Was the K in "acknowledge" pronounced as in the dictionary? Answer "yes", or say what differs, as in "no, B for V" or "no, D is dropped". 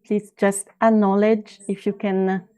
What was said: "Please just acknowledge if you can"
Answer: no, K is dropped